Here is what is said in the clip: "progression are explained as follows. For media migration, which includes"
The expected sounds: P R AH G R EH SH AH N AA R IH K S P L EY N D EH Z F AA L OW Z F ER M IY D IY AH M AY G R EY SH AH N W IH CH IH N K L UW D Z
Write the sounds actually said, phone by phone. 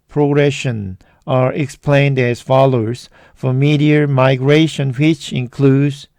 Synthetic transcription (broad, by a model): P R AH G R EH SH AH N AA R IH K S P L EY N D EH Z F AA L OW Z F ER M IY D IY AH M AY G R EY SH AH N W IH CH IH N K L UW D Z